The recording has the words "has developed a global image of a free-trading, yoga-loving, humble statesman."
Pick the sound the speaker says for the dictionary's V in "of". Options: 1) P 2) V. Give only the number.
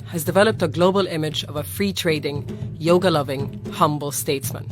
2